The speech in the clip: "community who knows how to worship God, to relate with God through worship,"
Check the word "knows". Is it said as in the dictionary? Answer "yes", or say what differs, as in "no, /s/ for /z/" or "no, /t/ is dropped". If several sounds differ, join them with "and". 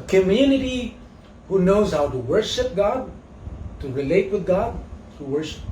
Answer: yes